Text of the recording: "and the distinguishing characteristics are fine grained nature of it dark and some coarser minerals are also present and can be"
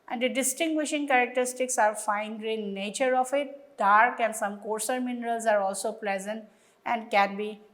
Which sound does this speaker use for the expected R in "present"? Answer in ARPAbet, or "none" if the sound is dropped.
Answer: L